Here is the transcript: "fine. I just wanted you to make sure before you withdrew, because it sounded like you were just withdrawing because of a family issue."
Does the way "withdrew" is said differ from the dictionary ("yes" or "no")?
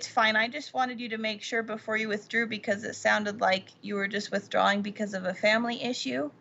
no